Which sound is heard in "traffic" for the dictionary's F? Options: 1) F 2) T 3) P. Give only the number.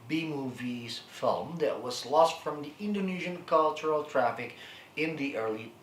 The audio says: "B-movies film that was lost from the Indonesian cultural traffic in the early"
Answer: 1